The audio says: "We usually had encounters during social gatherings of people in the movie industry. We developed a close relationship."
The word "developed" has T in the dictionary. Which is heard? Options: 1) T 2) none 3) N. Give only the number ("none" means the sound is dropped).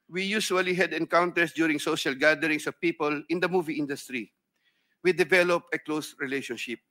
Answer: 2